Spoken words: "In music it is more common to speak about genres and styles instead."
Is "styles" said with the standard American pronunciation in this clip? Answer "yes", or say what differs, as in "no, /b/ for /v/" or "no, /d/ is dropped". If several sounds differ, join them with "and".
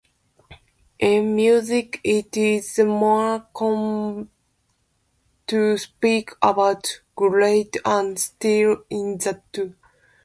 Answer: no, /z/ is dropped